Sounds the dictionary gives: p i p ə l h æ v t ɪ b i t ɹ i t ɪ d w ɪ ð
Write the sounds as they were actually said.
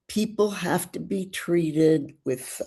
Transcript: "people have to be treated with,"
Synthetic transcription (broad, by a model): p i p l h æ f t ɪ b i t ɹ i t ɪ d w ɪ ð